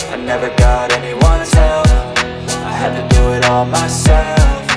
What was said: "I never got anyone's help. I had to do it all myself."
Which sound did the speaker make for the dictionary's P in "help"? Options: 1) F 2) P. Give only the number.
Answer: 1